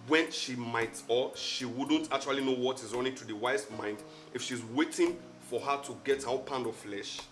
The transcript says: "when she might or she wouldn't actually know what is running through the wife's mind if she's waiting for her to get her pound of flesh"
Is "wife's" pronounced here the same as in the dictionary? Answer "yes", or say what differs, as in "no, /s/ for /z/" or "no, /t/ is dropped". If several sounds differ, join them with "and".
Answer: no, /f/ is dropped